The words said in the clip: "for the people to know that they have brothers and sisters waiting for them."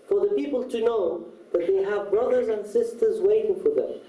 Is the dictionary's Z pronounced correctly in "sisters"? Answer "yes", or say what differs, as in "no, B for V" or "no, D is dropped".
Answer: yes